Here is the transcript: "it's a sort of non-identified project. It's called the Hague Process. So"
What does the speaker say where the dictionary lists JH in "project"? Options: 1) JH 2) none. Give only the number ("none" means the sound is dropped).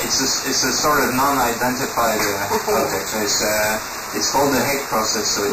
2